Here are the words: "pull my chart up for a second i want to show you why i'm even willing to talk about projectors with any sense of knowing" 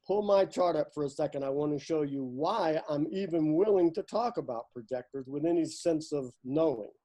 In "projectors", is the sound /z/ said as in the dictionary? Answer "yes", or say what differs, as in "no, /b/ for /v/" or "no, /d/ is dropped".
yes